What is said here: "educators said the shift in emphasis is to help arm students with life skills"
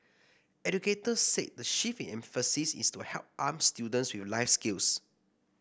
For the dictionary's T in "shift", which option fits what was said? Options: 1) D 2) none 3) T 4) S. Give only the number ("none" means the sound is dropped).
2